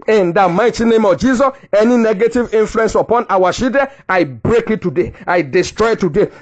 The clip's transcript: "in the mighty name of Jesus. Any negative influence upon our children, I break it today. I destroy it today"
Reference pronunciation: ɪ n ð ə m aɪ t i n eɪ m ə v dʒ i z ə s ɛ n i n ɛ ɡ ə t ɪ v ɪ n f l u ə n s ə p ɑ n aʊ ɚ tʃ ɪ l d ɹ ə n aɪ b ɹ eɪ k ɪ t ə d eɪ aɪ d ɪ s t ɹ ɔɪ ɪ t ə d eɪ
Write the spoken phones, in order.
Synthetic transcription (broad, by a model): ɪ n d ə m aɪ t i n eɪ m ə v dʒ i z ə s ɛ n i n ɛ ɡ ə t ɪ v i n f l u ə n s ə p ɑ n aʊ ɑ ʃ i d ə aɪ b ɹ eɪ k ɪ t ə d eɪ aɪ d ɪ s t ɹ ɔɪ ɪ t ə d eɪ